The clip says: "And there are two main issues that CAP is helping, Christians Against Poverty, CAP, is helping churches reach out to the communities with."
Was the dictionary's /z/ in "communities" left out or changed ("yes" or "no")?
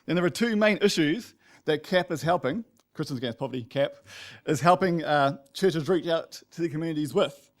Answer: no